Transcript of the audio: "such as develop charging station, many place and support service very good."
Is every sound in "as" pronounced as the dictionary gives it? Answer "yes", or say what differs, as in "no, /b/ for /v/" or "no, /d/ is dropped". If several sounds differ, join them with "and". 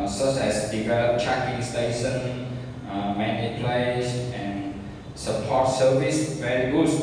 no, /s/ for /z/